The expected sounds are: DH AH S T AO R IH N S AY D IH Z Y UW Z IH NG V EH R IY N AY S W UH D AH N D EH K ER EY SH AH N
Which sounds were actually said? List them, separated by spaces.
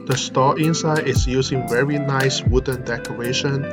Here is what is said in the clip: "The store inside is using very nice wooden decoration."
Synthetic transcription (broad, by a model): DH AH S T AO IH N S AY D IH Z Y UW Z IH NG V EH R IY N AY S W UH D AH N D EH K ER EY SH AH N